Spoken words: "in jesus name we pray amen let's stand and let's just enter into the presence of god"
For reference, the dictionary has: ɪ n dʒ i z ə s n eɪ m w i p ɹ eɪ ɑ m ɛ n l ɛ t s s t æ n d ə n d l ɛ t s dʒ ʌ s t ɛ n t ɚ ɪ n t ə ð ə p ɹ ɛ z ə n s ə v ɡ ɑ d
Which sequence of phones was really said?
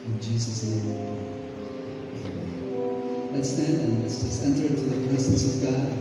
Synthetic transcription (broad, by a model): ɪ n dʒ i z ə s n eɪ m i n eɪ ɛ l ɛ t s s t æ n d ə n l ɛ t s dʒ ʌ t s ɛ n t ɚ ɪ n t ə ð ə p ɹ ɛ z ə n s ə v ɡ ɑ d